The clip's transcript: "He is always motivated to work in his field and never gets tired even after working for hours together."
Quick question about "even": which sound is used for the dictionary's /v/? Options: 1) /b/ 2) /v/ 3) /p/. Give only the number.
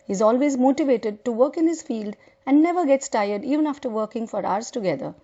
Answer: 2